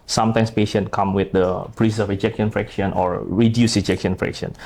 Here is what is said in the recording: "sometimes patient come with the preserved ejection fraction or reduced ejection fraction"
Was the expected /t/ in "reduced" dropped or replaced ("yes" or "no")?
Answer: yes